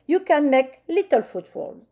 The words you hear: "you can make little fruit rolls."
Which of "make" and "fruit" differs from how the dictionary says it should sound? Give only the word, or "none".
fruit